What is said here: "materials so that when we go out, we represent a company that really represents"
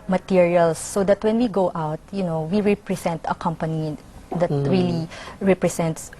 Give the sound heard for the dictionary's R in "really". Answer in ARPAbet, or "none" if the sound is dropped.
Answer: R